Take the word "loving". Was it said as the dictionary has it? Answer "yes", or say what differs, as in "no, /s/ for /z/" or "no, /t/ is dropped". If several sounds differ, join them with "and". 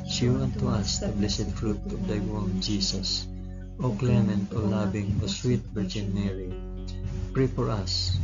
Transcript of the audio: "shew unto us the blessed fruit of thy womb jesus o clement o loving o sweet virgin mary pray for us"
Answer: no, /b/ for /v/